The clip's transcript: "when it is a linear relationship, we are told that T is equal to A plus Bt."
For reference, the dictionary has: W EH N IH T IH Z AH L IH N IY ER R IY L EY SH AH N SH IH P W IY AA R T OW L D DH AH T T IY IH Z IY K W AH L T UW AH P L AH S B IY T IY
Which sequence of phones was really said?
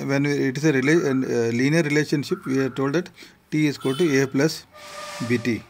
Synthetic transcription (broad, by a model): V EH N IH T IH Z AH L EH L IY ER R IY L EY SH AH N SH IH P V IY AA R T OW L D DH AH T T IY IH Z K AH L T UW AH P L AH S B IY T IY